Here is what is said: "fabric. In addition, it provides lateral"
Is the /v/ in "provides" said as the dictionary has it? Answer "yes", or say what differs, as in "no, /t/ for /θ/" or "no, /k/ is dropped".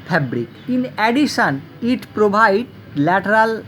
no, /b/ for /v/